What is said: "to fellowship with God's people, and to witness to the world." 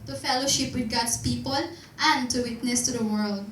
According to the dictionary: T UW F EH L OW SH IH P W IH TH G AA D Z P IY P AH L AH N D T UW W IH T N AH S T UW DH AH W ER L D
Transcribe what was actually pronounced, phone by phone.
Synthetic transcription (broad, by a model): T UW F EH L OW SH IH P W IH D G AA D S P IY P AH L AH N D T UW W IH T N AH S T UW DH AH W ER L D